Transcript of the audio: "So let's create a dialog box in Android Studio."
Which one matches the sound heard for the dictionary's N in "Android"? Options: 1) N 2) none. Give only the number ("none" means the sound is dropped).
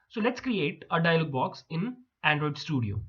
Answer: 1